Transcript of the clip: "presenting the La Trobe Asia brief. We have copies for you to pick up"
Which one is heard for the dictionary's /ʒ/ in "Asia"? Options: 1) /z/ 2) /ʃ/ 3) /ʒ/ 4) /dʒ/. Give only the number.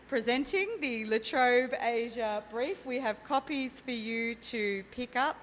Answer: 3